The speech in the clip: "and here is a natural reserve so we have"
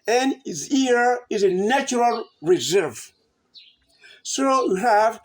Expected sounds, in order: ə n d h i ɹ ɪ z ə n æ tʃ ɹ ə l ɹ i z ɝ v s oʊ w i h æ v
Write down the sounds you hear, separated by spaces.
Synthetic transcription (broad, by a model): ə n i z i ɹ ɪ z ə n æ tʃ ɹ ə l ɹ i z ɝ v s oʊ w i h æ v